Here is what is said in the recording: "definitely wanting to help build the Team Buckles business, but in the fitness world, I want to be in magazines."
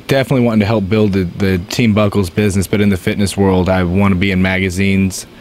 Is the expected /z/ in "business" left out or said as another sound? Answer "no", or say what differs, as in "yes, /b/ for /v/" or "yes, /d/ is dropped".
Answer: no